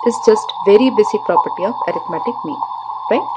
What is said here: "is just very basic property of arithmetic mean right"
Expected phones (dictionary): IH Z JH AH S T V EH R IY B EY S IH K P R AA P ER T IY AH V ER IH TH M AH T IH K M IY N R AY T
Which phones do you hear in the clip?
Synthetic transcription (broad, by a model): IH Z JH AH S T V EH R IY B EY S IH K P R AA P ER T IY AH P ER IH T M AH T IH K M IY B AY